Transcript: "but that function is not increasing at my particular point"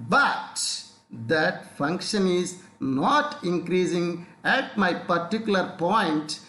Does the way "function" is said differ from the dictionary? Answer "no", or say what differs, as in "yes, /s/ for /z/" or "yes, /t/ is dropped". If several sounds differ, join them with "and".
no